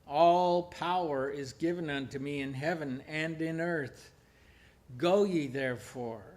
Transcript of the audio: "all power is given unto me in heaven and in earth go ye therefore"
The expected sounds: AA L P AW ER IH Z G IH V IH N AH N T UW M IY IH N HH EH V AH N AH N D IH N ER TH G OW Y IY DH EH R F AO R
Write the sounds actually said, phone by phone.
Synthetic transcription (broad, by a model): AA L P AW ER IH Z G IH V IH N AH N T UW M IY IH N HH EH V AH N AH N D IH N ER TH G OW Y IY DH EH R F AO R